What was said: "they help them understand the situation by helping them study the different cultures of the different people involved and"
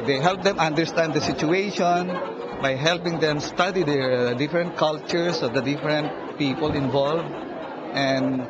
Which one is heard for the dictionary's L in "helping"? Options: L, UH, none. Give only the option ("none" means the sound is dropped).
L